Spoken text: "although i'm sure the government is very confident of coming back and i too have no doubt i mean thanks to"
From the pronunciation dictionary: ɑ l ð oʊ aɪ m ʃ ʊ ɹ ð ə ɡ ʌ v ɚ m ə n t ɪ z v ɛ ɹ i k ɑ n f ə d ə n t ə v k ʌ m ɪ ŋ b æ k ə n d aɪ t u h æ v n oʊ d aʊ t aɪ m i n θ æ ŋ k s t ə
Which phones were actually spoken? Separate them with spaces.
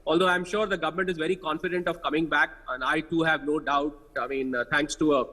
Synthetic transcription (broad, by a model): ɑ l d oʊ aɪ m ʃ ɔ ɹ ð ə ɡ ʌ v ɚ m ə n t ɪ z v ɛ ɹ i k ɑ n f ə d ə n t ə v k ʌ m ɪ ŋ b æ k ə n d aɪ t u h æ v n oʊ d aʊ t aɪ m i n t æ ŋ k s t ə